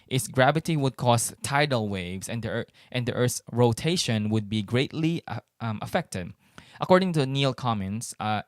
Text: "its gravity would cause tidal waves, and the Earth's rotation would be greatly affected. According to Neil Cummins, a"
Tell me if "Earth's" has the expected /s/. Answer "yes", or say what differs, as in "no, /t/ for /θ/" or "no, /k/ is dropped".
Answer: no, /s/ is dropped